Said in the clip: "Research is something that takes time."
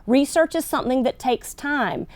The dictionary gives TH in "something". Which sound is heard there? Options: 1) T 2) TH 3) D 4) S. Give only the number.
2